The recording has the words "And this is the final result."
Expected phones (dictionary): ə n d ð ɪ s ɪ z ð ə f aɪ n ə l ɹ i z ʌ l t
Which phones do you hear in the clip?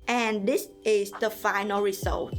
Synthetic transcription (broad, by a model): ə n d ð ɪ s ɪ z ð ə f aɪ n ə l ɹ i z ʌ l t